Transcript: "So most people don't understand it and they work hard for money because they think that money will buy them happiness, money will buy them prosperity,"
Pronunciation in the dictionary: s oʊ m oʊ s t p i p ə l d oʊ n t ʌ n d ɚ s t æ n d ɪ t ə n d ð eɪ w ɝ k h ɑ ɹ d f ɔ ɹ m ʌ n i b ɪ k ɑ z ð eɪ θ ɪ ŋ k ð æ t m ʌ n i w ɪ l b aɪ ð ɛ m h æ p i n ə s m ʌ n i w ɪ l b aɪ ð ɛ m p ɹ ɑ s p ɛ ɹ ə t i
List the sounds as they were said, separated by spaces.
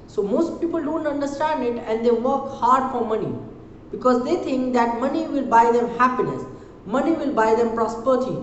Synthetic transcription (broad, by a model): s oʊ m oʊ s t p i p ə l d oʊ n t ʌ n d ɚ s t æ n d ɪ t ə n d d eɪ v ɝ k h ɑ ɹ d f ɔ ɹ m ʌ n i b ɪ k ɑ z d eɪ t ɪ ŋ k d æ t m ʌ n i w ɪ l b aɪ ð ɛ m h æ p i n ə s m ʌ n i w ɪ l b aɪ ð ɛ m p ɹ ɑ s p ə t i